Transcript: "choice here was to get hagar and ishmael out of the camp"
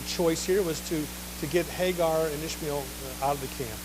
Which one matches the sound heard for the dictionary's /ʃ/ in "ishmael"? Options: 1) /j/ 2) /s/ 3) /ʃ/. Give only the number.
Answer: 3